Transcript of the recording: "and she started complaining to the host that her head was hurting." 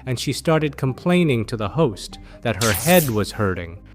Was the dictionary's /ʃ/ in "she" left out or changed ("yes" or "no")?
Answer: no